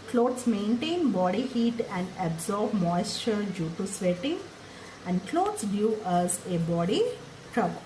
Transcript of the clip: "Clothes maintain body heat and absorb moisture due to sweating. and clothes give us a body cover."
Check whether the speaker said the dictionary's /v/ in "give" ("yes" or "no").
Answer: no